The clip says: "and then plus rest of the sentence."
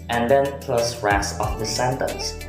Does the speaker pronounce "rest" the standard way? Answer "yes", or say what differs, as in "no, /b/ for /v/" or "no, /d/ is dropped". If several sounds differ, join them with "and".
no, /t/ is dropped